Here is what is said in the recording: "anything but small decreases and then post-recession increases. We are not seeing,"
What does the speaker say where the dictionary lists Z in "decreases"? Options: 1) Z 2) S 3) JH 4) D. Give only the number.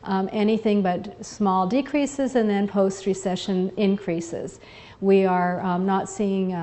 1